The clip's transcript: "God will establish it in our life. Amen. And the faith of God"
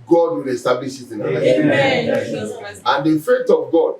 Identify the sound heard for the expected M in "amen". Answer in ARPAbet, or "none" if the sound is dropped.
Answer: none